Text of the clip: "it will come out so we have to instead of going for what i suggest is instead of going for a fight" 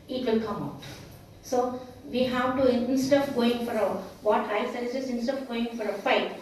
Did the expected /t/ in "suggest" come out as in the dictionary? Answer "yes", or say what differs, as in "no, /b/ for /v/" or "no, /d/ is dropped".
no, /t/ is dropped